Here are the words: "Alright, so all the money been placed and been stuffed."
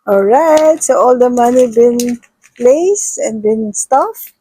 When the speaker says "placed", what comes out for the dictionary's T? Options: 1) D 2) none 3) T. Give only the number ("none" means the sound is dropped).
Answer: 2